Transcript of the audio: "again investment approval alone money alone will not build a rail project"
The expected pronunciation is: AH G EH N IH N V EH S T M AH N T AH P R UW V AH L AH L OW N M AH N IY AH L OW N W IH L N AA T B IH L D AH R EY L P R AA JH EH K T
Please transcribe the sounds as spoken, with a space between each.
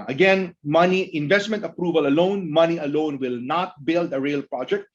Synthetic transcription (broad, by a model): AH G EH N IH N V EH S T M AH N T AH P R UW V AH L AH L OW N M AH N IY AH L OW N W IH L N AA T B IH L D AH R EY L P R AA JH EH K T